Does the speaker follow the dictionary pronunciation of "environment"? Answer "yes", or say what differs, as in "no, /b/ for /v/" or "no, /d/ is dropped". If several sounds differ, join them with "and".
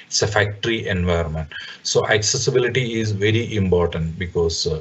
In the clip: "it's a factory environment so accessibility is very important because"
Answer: no, /ɹ/ is dropped